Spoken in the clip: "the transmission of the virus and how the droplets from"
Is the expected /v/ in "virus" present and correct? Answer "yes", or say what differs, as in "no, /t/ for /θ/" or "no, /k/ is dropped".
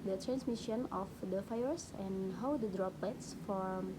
no, /f/ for /v/